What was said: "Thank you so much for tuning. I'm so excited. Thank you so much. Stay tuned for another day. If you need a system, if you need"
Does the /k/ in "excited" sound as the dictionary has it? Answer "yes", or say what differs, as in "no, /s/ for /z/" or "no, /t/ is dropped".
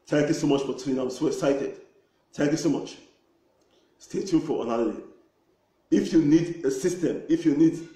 no, /k/ is dropped